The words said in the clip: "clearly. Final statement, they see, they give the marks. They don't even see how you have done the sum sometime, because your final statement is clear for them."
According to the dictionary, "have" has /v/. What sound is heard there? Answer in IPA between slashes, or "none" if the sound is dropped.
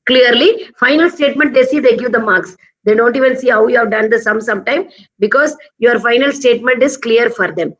/v/